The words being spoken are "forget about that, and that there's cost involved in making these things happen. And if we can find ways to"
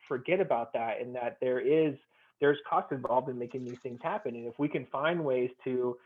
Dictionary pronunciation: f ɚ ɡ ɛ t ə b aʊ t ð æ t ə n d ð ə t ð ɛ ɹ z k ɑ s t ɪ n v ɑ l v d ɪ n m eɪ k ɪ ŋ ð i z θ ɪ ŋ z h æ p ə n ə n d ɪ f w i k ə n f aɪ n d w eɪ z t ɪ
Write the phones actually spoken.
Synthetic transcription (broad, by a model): f ɚ ɡ ɛ t ə b aʊ t ð æ t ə n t ð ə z ð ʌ ɹ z k ɑ s t ɪ n v ɑ l v d ɪ n m eɪ k ɪ ŋ ð i z θ ɪ ŋ z h æ p ə n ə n ɪ f w i k ə n f aɪ n d w eɪ z t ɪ